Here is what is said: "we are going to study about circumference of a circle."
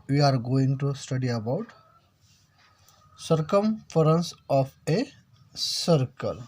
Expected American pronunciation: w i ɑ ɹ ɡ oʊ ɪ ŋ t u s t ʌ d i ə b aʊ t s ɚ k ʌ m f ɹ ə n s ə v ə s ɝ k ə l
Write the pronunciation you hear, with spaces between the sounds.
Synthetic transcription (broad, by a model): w i ɑ ɹ ɡ oʊ ɪ ŋ t u s t ʌ d i ə b aʊ t s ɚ k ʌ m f ɹ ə n s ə p ə s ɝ k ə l